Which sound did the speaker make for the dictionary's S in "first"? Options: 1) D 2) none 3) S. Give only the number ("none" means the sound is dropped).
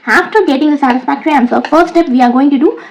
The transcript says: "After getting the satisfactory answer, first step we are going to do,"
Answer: 2